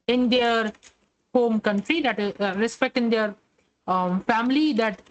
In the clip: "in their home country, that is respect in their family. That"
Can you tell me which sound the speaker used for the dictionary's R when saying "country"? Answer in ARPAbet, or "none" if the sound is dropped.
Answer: R